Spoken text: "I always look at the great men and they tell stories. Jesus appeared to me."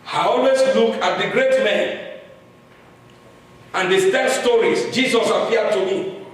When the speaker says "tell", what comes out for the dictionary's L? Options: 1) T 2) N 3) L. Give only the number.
2